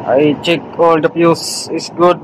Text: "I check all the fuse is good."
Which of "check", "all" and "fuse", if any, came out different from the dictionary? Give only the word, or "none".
fuse